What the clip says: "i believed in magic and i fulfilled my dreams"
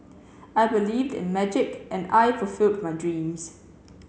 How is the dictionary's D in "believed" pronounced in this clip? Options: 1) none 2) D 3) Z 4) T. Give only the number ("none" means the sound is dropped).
2